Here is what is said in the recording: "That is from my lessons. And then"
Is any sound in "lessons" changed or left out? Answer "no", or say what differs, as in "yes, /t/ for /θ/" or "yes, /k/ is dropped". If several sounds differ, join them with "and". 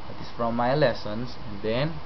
yes, /s/ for /z/